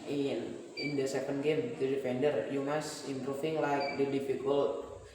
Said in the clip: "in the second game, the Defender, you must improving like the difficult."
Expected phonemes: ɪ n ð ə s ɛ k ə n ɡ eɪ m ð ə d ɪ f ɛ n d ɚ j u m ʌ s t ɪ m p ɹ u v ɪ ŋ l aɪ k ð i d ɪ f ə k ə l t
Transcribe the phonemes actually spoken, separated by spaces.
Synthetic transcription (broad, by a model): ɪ n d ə s ɛ k ə n ɡ eɪ m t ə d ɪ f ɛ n d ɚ j u m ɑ s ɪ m p ɹ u f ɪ ŋ l aɪ k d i d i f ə k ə l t